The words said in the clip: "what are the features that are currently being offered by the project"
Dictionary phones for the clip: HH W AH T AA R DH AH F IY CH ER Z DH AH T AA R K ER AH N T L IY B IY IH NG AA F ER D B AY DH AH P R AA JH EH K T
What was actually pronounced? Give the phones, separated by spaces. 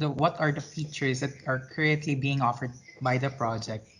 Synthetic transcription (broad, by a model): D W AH T AA R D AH F IY CH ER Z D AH T AA R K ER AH T L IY B IY IH NG AA F ER D B AY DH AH P R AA JH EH K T